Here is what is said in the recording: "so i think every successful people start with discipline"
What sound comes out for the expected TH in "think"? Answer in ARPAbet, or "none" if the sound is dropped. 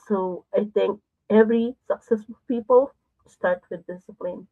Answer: T